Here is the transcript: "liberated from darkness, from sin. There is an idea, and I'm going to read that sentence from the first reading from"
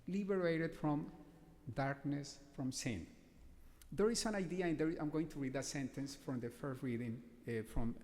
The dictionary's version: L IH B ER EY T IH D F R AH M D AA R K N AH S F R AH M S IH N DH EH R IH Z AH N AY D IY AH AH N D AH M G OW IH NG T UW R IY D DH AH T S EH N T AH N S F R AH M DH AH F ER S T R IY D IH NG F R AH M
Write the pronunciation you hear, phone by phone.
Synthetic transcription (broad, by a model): L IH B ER EY T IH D F R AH M D AA R K N AH S F R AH M S IH N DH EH R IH S AH N AY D IY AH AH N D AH M G OW IH NG T UW R IY D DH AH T S EH N T AH N S F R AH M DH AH F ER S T R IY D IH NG F R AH M